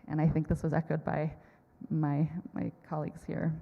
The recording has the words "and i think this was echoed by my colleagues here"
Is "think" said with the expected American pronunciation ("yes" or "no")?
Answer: yes